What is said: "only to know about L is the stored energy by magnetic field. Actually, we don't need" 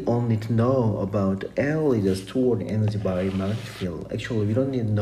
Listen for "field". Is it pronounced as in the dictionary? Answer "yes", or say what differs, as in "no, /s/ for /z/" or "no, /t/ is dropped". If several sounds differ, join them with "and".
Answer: no, /d/ is dropped